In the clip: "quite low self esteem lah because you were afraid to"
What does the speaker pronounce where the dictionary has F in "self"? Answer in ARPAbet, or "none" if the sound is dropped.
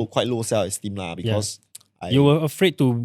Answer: none